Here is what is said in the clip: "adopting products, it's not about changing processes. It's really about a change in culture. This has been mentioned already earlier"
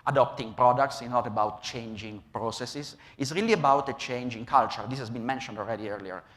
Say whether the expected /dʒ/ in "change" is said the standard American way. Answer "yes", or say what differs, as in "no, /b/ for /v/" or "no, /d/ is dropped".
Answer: yes